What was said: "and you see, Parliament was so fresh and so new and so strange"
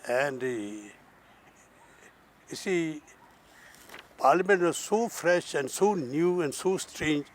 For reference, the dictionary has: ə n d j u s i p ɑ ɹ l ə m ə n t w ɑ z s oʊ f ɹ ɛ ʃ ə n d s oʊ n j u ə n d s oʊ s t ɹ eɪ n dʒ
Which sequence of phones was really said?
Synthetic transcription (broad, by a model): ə n d j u s i p ɑ ɹ l ə m ə n t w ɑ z s oʊ f ɹ ɛ ʃ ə n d s oʊ n j u ə n d s oʊ s t ɹ eɪ n dʒ